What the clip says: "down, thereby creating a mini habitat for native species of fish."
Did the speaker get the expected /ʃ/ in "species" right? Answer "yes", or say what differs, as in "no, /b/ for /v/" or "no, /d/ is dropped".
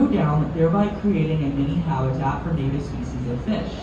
no, /s/ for /ʃ/